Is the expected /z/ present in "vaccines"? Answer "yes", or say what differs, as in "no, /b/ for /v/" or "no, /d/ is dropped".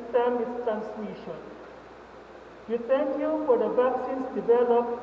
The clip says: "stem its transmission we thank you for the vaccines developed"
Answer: no, /s/ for /z/